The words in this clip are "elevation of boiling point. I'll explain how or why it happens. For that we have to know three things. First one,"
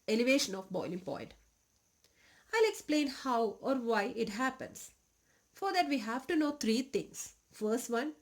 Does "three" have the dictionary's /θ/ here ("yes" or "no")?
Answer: no